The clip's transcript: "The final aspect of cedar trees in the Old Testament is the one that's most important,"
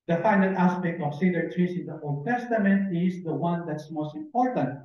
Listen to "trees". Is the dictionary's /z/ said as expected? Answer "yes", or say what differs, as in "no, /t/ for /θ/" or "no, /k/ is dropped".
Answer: no, /s/ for /z/